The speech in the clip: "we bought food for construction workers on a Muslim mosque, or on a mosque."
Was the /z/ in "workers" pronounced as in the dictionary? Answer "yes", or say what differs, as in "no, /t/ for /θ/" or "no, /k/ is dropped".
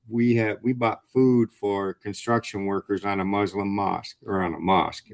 yes